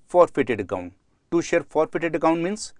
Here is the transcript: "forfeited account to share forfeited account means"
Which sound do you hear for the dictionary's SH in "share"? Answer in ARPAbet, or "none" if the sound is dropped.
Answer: SH